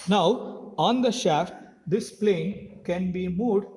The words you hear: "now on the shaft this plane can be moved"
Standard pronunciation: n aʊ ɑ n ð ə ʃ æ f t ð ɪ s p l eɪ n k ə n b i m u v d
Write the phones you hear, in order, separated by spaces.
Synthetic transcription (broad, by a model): n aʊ ɑ n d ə ʃ æ f t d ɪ s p l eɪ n k ə n b i m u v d